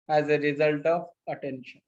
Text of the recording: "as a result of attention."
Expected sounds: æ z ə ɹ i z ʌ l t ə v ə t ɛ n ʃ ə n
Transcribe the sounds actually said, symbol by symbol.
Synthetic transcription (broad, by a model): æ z ə ɹ i z ʌ l t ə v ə t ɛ n ʃ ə n